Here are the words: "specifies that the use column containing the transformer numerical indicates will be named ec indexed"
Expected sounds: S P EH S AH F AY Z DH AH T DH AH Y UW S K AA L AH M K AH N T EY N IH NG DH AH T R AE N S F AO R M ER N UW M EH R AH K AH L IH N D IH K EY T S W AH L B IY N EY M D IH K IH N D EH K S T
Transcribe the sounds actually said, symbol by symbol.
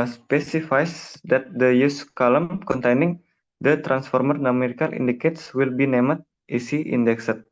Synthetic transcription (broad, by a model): S P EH S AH F AY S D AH T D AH Y UW S K AA L AH M K AH N T EY N IH NG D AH T R AE N S F AO R M ER N UW M EH R AH K AH L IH N D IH K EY T S W AH L B IY N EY M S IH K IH N D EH K S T